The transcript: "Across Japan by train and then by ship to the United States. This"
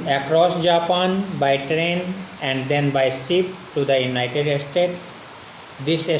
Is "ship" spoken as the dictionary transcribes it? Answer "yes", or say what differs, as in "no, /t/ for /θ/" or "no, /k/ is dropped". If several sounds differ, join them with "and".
no, /s/ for /ʃ/